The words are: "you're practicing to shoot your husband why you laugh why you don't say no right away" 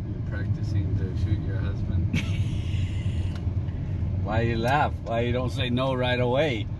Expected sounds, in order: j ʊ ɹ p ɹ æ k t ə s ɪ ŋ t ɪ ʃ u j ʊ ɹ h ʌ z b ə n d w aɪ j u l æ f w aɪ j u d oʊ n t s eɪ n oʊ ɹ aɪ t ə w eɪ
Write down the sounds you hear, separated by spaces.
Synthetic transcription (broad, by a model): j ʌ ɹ p ɹ æ k t ə s ɪ ŋ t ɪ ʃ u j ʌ ɹ h ʌ z b ə n d w aɪ j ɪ l æ f w aɪ j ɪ d oʊ n t s eɪ n oʊ ɹ aɪ t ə w eɪ